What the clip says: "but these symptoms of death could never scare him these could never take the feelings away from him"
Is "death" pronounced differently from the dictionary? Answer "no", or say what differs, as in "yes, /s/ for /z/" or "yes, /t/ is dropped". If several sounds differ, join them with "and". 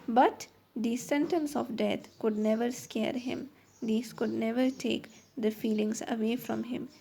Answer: yes, /t/ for /θ/